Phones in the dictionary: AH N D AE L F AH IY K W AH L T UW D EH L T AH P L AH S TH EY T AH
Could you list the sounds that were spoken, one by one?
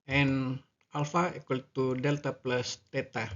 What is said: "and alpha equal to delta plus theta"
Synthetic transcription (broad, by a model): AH N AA L F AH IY K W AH L T UW D EH L T AH P L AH S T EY T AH